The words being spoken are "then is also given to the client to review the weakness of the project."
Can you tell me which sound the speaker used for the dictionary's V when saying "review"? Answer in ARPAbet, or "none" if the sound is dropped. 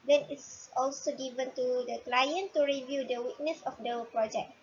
V